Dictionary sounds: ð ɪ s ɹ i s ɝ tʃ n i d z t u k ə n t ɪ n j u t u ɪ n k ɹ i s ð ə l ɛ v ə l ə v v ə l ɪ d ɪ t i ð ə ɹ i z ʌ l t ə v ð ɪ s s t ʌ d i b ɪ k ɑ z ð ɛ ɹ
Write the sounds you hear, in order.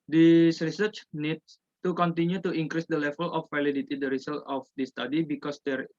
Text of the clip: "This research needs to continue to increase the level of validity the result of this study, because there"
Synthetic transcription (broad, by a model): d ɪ s ɹ i s ɝ tʃ n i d s t u k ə n t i n j u t u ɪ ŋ k ɹ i s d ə l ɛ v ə l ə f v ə l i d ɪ t i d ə ɹ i s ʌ l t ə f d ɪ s s t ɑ d i b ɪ k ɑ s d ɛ ɹ